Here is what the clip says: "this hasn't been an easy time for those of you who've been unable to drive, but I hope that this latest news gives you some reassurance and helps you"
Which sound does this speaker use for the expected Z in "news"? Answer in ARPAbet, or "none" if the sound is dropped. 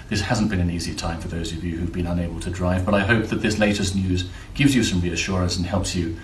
Z